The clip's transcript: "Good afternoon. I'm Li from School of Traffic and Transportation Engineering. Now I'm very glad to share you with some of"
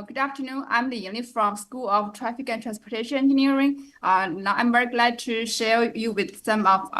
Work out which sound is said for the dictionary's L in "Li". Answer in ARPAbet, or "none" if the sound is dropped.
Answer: N